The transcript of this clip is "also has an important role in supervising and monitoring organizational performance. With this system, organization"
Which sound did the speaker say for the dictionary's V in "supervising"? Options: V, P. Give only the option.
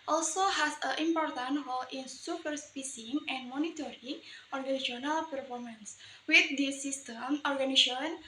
P